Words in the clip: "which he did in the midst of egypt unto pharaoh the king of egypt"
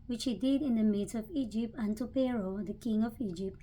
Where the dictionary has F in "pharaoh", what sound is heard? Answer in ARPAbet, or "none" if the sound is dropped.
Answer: P